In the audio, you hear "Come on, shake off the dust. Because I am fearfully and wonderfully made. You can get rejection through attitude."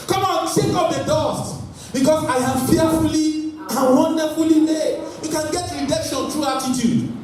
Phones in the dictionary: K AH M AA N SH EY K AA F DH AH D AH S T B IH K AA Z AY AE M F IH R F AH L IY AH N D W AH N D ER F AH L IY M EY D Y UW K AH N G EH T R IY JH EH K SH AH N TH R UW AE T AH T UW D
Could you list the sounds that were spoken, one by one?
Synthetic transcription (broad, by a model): K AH M AA N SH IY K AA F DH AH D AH S T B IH K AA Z AY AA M F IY F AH L IY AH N W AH N D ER F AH L IY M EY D Y UW K AH N G EH T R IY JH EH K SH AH N T R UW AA T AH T UW D